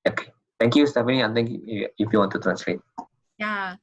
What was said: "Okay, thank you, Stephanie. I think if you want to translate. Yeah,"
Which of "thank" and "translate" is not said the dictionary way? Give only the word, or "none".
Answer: thank